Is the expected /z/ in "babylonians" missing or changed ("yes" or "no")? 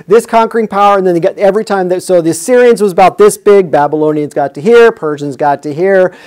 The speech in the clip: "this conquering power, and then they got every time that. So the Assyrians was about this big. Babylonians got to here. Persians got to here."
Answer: no